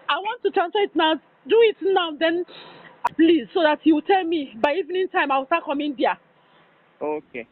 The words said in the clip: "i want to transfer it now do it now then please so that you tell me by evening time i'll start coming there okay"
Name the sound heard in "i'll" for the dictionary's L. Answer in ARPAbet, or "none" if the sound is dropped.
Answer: W